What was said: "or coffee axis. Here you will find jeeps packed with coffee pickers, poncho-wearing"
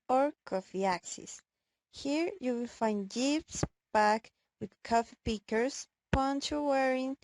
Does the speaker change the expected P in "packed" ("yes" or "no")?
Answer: yes